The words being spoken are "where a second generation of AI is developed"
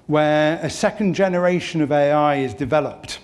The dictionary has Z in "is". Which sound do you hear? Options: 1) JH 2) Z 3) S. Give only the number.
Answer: 2